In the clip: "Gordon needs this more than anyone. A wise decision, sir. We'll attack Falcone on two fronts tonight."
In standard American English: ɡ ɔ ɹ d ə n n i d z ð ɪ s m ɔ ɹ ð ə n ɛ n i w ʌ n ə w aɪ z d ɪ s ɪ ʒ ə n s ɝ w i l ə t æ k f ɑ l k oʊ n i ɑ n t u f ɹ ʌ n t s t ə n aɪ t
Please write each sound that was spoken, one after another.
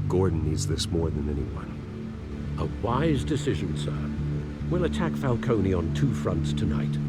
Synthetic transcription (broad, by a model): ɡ ɔ ɹ d n n i d z ð ɪ s m ɔ ɹ ð ə n ɛ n i w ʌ n ə w aɪ z d ɪ s ɪ ʒ ə n s ɝ w i l ə t æ k f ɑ l k oʊ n i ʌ n t u f ɹ ʌ n t s t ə n aɪ t